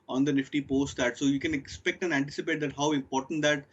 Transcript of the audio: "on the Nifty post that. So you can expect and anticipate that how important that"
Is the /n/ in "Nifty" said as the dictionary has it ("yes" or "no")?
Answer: yes